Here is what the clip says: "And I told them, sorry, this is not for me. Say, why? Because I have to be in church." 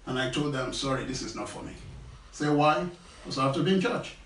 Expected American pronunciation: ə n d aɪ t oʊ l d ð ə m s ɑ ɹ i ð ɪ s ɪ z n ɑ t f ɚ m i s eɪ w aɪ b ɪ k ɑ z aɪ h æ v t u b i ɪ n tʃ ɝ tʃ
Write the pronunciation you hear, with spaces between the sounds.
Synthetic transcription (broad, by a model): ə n aɪ t oʊ l d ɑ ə m s ɑ ɹ i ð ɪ s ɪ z n ɑ t f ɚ m i s eɪ w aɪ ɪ ɑ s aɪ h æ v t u b i ɪ n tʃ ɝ tʃ